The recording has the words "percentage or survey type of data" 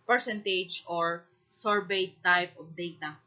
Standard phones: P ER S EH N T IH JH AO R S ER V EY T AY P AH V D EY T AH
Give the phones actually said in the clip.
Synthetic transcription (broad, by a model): P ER S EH N T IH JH AO R S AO B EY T AY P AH P D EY T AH